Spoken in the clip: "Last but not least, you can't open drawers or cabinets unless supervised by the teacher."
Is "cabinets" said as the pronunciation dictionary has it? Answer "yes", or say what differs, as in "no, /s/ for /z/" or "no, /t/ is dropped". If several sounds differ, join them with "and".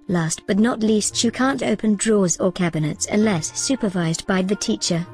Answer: yes